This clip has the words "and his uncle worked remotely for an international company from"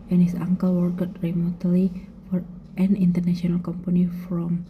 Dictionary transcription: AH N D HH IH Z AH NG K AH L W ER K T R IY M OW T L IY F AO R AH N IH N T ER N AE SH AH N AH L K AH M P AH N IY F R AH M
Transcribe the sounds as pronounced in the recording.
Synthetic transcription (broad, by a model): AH N HH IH S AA NG K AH L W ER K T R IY M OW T L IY F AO R AH N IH N T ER N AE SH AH N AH L K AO M P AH N IY F R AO M